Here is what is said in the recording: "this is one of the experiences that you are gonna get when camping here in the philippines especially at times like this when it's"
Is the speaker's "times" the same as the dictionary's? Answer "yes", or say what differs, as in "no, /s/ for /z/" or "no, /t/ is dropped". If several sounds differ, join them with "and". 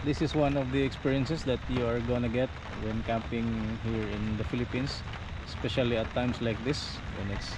no, /s/ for /z/